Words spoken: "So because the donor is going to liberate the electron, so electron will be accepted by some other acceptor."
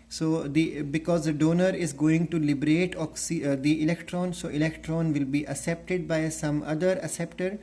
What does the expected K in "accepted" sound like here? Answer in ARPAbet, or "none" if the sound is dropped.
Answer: none